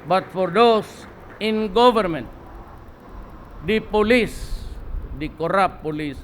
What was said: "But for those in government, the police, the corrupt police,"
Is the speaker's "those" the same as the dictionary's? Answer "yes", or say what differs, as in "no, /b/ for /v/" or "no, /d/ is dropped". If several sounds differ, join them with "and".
no, /s/ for /z/